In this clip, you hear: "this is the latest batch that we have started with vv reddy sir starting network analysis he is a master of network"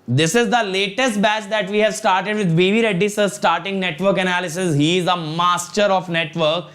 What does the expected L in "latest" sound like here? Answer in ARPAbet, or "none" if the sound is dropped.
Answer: L